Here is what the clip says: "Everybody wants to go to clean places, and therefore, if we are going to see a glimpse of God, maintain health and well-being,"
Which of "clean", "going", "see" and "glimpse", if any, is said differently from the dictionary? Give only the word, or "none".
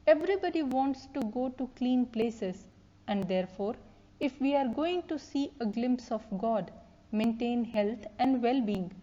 none